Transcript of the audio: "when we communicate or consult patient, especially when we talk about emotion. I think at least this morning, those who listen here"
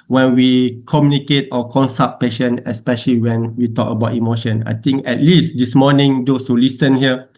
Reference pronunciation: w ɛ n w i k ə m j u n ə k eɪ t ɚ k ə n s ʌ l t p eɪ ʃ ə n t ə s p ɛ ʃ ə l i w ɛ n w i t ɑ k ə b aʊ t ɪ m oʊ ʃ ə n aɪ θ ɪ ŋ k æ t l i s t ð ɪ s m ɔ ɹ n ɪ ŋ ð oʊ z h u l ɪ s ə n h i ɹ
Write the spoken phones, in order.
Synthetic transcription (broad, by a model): w ɛ n w i k ə m j u n ə k eɪ t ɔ k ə n s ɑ t p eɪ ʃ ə n ə s p ɛ ʃ ə l i w ɛ n w i t ɑ k ə b aʊ t ɪ m oʊ ʃ ə n aɪ t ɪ ŋ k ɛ t l i s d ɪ s m ɔ n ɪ ŋ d oʊ s h u l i s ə n h i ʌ